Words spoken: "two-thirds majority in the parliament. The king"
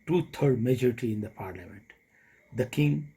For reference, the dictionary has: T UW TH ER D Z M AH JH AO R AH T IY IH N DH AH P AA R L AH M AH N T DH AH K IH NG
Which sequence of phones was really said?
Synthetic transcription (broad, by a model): T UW T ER D M AH JH AO R AH T IY IH N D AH P AA R L AH M AH N T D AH K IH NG